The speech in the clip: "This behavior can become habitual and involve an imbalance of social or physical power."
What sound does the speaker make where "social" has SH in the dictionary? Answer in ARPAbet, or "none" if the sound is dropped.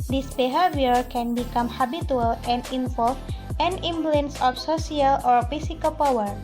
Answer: S